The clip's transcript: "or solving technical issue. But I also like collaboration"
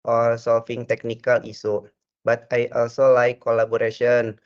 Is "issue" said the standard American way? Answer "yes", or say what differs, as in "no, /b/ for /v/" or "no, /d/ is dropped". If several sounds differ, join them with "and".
no, /s/ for /ʃ/